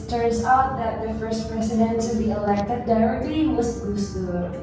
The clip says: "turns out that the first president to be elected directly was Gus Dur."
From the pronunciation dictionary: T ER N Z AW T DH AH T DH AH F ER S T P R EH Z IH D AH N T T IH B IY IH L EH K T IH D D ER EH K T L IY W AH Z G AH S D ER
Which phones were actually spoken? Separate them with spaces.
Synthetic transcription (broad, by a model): T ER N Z AW T DH AH T DH AH F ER S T P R EH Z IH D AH N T T IH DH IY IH L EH K T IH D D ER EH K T IY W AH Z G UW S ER